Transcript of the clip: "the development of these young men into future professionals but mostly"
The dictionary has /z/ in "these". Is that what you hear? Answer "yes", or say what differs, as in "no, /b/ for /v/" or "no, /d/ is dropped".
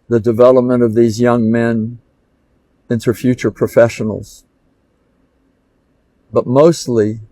yes